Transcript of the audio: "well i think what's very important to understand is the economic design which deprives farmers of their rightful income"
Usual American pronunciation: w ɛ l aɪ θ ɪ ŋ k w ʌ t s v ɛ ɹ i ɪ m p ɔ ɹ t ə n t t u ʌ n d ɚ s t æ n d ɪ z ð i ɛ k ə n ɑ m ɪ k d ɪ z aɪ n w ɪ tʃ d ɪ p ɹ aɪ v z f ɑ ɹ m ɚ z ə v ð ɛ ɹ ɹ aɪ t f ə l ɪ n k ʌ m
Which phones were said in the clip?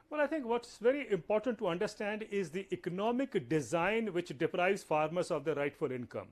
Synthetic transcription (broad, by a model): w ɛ l aɪ t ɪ ŋ k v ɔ t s v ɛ ɹ i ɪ m p ɔ ɹ t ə n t t u ʌ n d ɚ s t æ n d ɪ z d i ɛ k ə n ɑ m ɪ k d ɪ z aɪ n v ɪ tʃ d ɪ p ɹ aɪ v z f ɑ ɹ m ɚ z ə v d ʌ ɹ ɹ aɪ t f ə l ɪ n k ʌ m